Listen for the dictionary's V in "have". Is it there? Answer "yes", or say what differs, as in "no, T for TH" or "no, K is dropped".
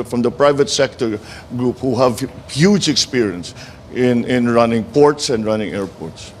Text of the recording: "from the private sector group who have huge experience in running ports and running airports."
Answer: yes